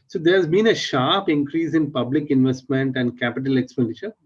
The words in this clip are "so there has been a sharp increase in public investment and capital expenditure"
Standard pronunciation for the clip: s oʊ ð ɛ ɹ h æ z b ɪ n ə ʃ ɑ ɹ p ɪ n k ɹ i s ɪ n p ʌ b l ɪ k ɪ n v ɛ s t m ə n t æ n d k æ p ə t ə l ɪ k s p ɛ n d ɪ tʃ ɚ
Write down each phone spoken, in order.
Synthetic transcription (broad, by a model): s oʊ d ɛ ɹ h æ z b ɪ n ə ʃ ɑ ɹ p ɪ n k ɹ i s ɪ n p ʌ b l ɪ k ɪ n v ɛ s t m ə n t æ n d k æ p ə t ə l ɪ k s p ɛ n d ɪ tʃ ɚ